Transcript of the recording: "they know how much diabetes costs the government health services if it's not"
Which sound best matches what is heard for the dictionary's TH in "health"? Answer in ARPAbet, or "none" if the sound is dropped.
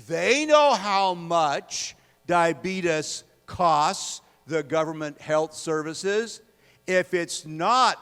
TH